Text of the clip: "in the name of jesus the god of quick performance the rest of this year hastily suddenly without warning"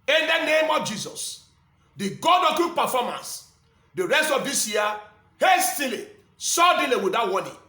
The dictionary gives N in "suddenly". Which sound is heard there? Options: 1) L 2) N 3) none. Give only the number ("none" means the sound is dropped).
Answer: 3